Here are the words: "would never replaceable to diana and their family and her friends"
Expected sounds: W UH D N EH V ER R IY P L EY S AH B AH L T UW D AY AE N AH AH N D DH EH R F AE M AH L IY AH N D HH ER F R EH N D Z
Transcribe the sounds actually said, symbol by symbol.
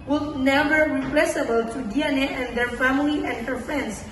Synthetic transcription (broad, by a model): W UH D N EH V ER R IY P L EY S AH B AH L T UW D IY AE N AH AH N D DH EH R F AE M AH L IY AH N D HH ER F R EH N D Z